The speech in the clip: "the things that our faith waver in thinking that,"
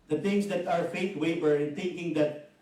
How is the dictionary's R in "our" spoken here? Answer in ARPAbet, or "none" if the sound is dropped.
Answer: R